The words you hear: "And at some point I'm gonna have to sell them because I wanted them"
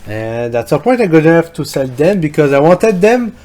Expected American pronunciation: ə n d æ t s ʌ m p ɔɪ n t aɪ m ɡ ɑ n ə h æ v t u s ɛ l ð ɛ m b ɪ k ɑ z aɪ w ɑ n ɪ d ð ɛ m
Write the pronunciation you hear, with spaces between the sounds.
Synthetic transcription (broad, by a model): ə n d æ t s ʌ p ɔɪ t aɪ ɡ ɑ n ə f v t u s ɛ l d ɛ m b ɪ k ɑ z aɪ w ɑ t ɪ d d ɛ m